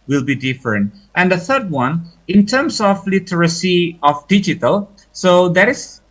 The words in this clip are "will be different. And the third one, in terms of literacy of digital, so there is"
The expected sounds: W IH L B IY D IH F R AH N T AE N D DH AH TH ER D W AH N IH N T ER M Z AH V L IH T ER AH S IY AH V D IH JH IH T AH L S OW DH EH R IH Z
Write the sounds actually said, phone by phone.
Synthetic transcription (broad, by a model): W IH L B IY D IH F R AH N T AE N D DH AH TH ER D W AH N IH N T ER M S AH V L IH T ER AH S IY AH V D IH JH IH T AH L S OW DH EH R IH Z